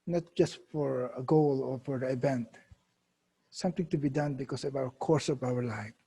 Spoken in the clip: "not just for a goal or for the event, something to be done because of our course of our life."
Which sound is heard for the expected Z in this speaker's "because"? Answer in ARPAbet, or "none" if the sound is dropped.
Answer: S